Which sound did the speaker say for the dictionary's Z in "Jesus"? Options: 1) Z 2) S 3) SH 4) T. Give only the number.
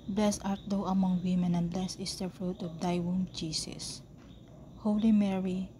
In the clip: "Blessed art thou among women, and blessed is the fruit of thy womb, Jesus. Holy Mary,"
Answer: 2